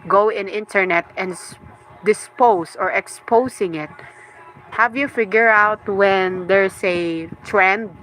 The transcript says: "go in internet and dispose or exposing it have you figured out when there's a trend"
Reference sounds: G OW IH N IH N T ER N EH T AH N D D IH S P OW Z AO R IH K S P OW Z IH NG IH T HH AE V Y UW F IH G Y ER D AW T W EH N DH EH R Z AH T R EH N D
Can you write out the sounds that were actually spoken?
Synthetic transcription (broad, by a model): G OW IH N IH N T ER N EH T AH N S D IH S P OW S AO R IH K S P OW S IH NG IH T HH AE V Y UW F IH G Y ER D AW T W EH N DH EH R S AH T R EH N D